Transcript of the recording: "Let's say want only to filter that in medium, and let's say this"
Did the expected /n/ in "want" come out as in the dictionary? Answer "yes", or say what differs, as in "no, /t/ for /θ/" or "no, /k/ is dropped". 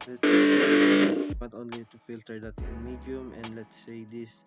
no, /n/ is dropped